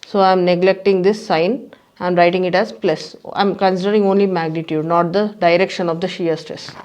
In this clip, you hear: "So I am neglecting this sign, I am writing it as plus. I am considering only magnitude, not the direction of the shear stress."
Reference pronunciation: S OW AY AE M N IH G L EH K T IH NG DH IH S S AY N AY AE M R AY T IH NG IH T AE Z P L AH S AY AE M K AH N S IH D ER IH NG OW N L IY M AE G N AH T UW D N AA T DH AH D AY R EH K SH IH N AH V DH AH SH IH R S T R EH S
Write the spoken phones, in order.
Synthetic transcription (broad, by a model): S OW AY M N IH G L EH K T IH NG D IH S S AY N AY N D R AY T IH NG IH T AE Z P L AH S AY M K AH N S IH D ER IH NG OW N L IY M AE G N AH T UW D N AA T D AH D AY R EH K SH IH N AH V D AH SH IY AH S T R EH S